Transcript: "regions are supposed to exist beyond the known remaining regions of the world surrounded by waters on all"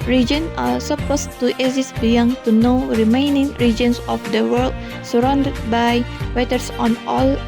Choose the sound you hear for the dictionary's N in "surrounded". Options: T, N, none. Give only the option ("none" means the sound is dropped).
N